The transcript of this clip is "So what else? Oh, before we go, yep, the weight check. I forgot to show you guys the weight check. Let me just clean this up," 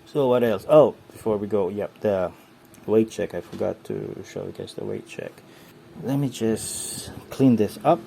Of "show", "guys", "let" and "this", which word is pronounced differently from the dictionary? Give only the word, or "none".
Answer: guys